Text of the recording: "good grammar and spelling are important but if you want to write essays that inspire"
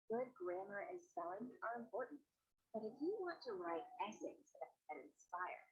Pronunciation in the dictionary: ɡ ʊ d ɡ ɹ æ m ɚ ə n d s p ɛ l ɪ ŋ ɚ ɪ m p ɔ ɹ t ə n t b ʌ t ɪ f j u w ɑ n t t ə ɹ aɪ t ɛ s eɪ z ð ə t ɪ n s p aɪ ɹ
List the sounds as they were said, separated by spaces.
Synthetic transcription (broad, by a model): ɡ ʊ d ɡ ɹ æ m ɚ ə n s ɛ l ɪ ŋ ɚ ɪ m p ɔ ɹ t n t b ʌ t ɪ f j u w ɑ n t t ə ɹ aɪ t ɛ s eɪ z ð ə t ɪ n s p aɪ ɹ